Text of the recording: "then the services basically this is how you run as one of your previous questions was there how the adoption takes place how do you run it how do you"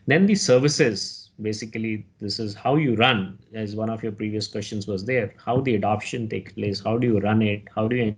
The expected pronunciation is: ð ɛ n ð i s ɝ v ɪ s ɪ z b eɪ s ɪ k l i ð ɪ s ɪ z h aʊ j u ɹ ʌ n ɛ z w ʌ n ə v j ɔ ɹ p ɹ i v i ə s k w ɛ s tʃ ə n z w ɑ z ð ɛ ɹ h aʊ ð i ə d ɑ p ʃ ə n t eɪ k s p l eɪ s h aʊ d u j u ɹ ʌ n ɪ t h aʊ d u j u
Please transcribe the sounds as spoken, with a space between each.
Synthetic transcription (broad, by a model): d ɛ n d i s ɝ v ɪ s ɪ z b eɪ s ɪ k l i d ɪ s ɪ z h aʊ j u ɹ ʌ n ɛ z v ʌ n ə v j ɔ ɹ p ɹ i v i ə s k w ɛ s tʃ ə n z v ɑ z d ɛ ɹ h aʊ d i ə d ɑ p ʃ ə n t eɪ k s p l eɪ s h aʊ d u j u ɹ ʌ n ɪ t h aʊ d u j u